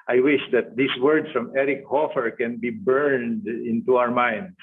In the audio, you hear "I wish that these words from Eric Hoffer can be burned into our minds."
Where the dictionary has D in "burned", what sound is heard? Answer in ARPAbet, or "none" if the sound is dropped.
D